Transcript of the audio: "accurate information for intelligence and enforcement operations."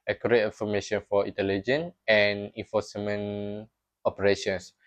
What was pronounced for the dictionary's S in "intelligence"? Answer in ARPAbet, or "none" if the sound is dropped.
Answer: none